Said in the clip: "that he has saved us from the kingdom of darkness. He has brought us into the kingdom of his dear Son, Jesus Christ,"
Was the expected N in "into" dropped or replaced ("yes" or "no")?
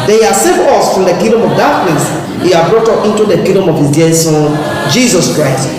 no